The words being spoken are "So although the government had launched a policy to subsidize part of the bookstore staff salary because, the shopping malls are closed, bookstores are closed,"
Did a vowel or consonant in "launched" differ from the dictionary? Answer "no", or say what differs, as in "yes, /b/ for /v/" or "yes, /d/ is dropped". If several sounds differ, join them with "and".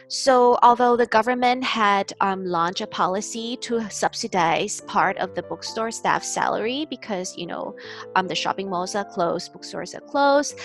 yes, /t/ is dropped